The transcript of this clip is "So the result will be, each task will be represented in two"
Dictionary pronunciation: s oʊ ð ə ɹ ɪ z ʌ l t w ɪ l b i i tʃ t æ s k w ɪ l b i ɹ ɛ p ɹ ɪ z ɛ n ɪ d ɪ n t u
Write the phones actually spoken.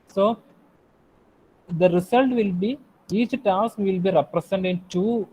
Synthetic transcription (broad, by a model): s oʊ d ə ɹ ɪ s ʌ l t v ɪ l b i i tʃ t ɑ s k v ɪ l b i ɹ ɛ p ɹ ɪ s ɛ n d ɪ n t u